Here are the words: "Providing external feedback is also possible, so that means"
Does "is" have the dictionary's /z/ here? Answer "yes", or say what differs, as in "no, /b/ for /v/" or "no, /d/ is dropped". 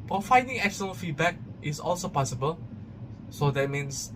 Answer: no, /s/ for /z/